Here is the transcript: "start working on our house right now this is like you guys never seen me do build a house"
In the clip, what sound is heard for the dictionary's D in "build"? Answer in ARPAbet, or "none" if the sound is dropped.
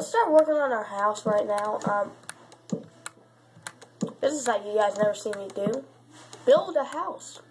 D